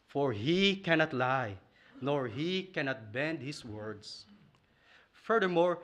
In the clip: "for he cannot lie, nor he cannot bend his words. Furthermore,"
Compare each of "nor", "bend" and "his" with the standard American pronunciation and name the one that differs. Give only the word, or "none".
his